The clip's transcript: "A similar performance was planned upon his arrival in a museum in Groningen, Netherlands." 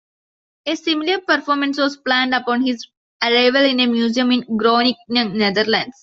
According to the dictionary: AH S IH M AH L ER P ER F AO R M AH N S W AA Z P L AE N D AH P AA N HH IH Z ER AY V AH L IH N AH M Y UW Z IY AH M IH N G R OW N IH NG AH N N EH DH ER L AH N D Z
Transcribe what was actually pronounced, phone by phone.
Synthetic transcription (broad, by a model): AH S IH M AH L ER P ER F AO R M AH N S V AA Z P L AE N D AH P AA N HH IH Z ER AY V AH L IH N AH M Y UW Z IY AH M IH N G R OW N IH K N N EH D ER L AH N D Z